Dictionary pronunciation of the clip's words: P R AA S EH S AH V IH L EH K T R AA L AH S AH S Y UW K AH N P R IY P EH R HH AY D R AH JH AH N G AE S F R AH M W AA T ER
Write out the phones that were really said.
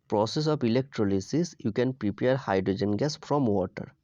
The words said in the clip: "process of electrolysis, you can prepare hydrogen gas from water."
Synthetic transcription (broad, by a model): P R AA S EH S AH P IH L EH K T R AA L AH S AH S Y UW K AH N P R IY P EH R HH AY D R AH JH AH N G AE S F R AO M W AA T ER